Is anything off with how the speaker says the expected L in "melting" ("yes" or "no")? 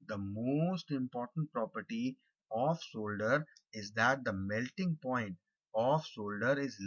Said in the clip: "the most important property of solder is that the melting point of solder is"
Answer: no